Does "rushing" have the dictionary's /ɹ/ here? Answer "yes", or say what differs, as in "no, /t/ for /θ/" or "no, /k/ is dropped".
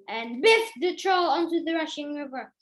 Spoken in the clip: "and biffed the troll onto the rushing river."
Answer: yes